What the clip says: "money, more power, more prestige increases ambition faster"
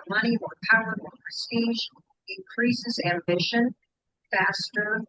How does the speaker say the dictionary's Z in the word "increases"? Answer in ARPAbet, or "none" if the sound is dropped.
Z